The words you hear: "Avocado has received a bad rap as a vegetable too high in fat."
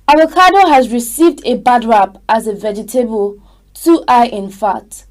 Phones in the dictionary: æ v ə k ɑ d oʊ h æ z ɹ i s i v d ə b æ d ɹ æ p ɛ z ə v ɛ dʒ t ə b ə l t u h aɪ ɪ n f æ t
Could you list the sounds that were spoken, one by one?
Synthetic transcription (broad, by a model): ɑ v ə k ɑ d oʊ h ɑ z ɹ i s i v d ə b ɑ d ɹ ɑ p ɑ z ə v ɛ dʒ t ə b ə l t u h aɪ ɪ n f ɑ t